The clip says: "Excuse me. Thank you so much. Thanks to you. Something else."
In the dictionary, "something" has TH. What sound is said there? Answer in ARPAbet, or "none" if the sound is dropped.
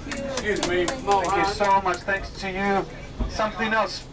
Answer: TH